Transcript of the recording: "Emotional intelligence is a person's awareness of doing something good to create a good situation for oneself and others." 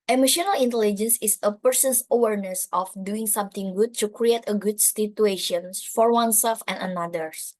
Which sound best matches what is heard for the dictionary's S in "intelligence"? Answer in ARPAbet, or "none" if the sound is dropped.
S